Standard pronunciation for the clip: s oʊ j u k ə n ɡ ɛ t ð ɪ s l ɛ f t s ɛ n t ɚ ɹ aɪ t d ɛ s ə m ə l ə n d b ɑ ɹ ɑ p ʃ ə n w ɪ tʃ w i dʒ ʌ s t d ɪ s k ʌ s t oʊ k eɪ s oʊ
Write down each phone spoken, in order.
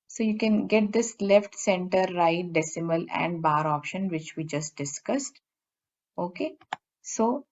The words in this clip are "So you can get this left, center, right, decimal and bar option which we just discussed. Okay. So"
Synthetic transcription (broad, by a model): s oʊ j u k ə n ɡ ɛ t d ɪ s l ɛ f t s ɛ n t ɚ ɹ aɪ t d ɛ s ə m ə l ə n d b ɑ ɹ ɑ p ʃ ə n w ɪ tʃ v i dʒ ʌ s t d ɪ s k ʌ s t oʊ k eɪ s oʊ